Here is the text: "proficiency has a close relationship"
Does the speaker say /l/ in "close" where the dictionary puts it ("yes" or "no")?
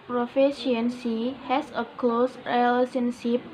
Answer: yes